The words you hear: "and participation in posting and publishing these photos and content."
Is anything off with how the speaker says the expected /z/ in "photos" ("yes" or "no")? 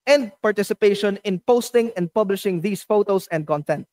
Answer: yes